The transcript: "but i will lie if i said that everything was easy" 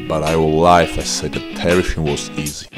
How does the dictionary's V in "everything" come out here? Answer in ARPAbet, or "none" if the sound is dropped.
none